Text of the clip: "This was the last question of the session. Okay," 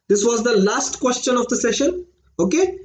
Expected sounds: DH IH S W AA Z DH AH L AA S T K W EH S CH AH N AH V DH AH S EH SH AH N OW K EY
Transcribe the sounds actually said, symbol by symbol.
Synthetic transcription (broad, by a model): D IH S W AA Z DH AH L AA S T K W EH S CH AH N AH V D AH S EH SH AH N OW K EY